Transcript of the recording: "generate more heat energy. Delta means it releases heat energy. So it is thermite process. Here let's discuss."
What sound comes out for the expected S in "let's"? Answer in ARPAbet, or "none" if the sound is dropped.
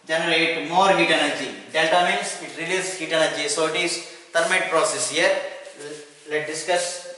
none